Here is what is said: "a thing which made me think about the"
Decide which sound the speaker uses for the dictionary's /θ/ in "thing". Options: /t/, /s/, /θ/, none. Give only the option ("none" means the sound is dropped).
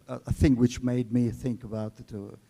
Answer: /θ/